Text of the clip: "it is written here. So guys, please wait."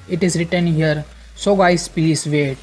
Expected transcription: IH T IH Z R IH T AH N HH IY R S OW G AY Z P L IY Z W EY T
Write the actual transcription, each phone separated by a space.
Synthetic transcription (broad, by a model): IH T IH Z R IH T AH N HH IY R S OW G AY S P IY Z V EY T